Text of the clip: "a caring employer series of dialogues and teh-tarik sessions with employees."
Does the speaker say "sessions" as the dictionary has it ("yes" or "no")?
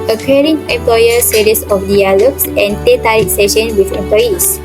no